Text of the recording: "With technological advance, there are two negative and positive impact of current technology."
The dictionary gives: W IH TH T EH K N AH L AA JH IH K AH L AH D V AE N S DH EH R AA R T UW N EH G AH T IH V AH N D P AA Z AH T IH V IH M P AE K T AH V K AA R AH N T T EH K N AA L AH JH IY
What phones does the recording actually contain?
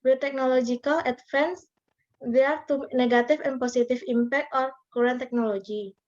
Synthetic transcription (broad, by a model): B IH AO T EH K N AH L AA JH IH K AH L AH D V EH N S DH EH AA R T UW N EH G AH T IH F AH N P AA S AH T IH F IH M P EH K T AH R K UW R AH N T T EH K N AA L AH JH IY